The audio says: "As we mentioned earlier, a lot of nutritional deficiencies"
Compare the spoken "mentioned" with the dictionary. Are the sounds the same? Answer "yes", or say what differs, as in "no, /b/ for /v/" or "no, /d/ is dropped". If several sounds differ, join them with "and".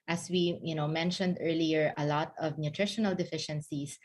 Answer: yes